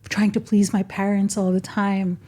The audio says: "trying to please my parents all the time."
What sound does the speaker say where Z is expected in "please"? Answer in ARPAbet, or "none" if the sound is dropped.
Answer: Z